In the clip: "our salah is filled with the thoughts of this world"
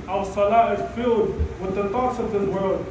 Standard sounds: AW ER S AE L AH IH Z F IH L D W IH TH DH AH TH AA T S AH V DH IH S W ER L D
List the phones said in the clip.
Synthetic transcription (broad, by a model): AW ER S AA L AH IH Z F IH L D W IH DH AH T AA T S AH V DH IH S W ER L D